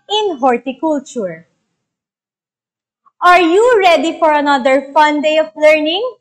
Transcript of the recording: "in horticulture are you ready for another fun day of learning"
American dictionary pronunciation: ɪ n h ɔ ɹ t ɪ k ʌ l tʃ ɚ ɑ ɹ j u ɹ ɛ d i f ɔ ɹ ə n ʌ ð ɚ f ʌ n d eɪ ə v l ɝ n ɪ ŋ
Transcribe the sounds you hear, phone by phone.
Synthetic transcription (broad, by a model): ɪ n h ɔ ɹ t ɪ k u l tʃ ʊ ɑ ɹ j u ɹ ɛ d i f ɔ ɹ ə n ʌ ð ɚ f ʌ n d eɪ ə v l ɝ n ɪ ŋ